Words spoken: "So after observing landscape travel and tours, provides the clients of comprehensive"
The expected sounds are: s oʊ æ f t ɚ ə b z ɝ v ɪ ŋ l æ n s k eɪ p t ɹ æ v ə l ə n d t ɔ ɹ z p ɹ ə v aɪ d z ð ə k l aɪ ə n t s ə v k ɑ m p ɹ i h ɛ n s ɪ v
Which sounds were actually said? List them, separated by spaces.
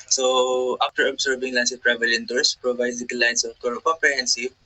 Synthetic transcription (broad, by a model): s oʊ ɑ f t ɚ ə b s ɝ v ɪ ŋ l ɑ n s eɪ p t ɹ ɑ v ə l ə n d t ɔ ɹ s p ɹ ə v aɪ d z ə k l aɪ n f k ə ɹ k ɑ m p ɹ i h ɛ n s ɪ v